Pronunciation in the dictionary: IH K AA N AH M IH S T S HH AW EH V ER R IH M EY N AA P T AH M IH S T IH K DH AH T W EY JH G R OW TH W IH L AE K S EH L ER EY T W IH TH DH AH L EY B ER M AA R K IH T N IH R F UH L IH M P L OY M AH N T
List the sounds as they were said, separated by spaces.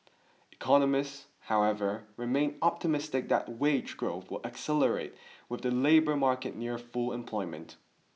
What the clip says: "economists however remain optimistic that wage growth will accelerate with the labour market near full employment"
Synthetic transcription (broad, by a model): IH K AA N AH M IH S T S HH AW EH V ER R IH M EY N AA P T AH M IH S T IH K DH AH T W EY JH G R OW TH W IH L AE K S EH L ER EY T W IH DH AH L EY B ER M AA R K IH T N IH R F UH L IH M P L OY M AH N T